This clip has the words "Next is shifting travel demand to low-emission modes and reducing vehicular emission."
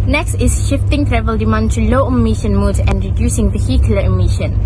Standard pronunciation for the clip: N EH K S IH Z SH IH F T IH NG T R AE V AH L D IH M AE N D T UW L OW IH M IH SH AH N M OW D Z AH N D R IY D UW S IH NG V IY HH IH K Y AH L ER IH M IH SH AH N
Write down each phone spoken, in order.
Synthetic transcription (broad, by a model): N EH K S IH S SH IH F T IH NG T R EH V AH L D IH M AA N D T UW L OW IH M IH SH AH N M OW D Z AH N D R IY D UW S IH NG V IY HH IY K Y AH L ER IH M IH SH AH N